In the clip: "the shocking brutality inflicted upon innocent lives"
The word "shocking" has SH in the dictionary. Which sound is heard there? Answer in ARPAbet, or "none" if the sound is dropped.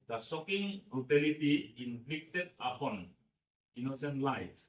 S